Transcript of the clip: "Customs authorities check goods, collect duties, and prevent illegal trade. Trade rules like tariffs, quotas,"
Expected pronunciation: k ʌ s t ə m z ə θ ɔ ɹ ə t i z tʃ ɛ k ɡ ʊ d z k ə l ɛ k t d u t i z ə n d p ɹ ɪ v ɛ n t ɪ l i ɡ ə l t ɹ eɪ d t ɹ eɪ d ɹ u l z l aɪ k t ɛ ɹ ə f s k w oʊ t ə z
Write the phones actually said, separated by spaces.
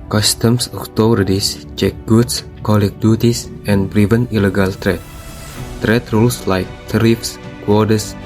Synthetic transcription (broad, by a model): k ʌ s t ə m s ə t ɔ ɹ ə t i s tʃ ɛ k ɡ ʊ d s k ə l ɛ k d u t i s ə n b ɹ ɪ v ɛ n ɪ l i ɡ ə l t ɹ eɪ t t ɹ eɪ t ɹ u l s l aɪ k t ɹ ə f s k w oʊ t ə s